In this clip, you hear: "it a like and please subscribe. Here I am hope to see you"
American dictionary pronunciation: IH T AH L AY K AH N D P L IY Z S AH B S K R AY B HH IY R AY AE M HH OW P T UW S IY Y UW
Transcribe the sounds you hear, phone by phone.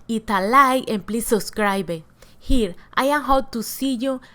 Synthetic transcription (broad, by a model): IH T AH L AY AH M P L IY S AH S K R AY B HH IY R AY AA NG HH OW T UW S IY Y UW